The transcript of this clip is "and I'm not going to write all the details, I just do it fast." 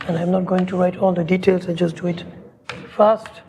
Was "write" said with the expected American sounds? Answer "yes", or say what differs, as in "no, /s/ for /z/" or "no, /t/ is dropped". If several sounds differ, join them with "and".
yes